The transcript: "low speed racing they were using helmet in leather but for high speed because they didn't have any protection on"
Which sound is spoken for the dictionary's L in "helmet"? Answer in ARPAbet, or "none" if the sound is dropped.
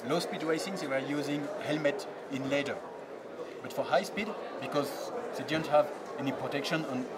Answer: L